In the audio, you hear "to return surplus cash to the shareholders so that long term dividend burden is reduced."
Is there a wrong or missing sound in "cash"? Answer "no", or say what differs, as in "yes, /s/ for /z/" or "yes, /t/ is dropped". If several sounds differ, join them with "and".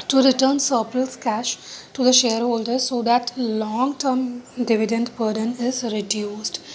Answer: no